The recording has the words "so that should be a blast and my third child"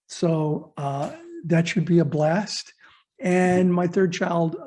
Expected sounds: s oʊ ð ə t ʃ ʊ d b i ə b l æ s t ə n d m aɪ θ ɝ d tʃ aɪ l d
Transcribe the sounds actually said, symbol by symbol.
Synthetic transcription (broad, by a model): s oʊ ð ə t ʃ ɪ d b i ə b l æ s t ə n m aɪ θ ɝ d tʃ aɪ l d